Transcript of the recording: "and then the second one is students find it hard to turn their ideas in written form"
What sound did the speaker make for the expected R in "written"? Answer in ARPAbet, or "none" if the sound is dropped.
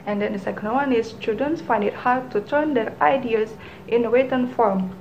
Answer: W